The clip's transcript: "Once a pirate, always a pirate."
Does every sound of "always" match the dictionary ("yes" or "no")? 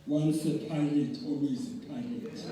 no